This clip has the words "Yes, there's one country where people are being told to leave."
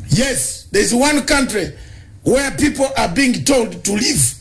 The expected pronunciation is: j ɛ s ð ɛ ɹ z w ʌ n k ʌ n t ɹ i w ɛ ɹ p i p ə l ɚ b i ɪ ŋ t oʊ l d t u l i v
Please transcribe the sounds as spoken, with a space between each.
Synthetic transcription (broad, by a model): j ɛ s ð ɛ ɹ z w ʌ n k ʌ n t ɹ i w ɛ ɹ p i p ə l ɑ b i ɪ ŋ t oʊ l d t u l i v